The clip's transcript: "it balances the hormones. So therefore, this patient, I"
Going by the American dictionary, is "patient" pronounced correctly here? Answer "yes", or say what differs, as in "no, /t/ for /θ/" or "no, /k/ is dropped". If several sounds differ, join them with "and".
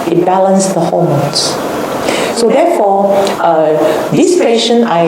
no, /t/ is dropped